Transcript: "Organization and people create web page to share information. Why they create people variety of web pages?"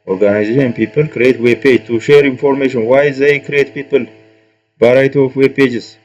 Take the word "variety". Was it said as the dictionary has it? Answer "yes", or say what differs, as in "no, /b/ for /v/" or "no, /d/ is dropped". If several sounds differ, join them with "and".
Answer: no, /b/ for /v/